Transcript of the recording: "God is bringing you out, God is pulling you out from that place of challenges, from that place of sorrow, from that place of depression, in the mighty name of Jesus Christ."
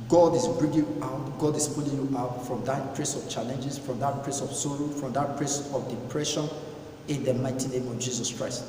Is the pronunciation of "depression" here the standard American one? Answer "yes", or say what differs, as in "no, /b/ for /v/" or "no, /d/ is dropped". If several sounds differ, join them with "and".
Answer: yes